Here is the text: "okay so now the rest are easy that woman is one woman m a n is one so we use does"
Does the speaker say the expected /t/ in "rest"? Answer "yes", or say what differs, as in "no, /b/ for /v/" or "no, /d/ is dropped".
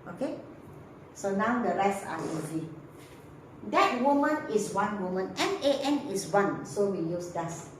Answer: no, /t/ is dropped